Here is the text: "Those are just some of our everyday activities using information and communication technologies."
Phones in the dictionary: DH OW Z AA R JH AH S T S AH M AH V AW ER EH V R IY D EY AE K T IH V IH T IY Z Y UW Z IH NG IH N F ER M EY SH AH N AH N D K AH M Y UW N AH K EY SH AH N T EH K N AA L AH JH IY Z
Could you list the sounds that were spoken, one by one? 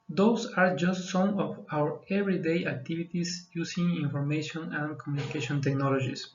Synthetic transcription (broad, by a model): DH OW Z AA R JH AH S T S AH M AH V AW ER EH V R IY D EY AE K T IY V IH T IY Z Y UW S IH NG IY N F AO M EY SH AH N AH N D K AH M Y UW N AH K EY SH AH N T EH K N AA L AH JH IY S